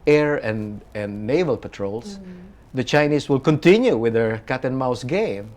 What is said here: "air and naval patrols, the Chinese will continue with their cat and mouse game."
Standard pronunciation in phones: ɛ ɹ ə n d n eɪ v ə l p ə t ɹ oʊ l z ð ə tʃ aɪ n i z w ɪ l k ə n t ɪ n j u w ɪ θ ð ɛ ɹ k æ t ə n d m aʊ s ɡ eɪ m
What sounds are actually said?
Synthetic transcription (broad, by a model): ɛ ɹ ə n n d eɪ v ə l p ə t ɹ oʊ l s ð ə tʃ aɪ n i s w ɪ l k ə n t ɪ n j u w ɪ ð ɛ ɹ k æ t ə n m aʊ s ɡ eɪ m